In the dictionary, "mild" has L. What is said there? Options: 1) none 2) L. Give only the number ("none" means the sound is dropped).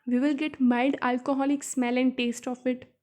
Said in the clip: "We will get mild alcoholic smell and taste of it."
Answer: 1